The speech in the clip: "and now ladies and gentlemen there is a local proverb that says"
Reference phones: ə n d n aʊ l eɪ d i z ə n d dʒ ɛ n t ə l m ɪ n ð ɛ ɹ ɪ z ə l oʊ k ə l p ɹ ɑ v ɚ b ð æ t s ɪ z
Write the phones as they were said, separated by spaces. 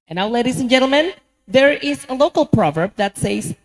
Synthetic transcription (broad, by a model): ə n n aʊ l eɪ d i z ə n dʒ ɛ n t l m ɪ n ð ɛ ɹ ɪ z ə l oʊ k ə l p ɹ ɑ v ɚ b ð æ t s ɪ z